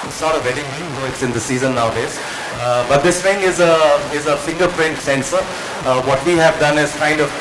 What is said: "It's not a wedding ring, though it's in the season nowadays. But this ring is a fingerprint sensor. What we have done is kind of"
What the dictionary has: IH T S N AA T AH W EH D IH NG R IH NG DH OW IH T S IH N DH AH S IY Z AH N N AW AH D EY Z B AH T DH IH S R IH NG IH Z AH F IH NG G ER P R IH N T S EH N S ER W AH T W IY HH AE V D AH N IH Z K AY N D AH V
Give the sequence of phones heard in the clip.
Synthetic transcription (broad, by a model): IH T S N AA T AH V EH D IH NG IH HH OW IH T S IH N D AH S IY Z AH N N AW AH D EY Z B AH T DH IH S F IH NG IH Z AH F IH NG G ER P R IH N T S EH N S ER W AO T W IY HH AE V D AH N IH Z K AY N D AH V